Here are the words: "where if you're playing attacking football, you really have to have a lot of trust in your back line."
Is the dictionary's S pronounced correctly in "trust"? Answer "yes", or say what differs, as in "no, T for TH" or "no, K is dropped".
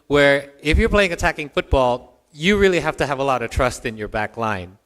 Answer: yes